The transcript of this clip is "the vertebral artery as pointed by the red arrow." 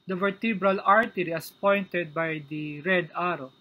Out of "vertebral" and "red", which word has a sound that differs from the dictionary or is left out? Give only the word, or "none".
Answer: none